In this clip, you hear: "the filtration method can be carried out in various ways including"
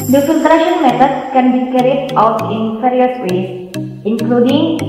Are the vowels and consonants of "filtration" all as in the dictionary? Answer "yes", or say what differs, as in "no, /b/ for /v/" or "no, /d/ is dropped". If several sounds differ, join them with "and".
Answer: no, /n/ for /l/